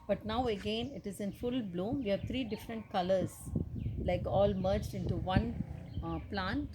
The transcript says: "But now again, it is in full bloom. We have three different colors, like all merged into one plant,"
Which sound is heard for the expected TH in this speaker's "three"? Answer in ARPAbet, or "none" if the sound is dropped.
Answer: T